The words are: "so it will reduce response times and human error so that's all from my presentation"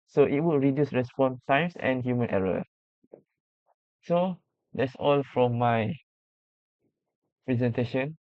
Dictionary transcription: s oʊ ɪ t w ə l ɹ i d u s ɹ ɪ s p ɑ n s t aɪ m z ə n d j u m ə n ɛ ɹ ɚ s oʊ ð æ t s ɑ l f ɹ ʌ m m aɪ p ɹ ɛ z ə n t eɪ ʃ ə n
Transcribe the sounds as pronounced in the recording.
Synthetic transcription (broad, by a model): s oʊ ɪ t w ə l ɹ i d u s ɹ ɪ s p ɑ n t aɪ m s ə n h j u m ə n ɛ ɹ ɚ s oʊ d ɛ t s ɑ l f ɹ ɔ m m aɪ p ɹ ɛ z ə n t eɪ ʃ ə n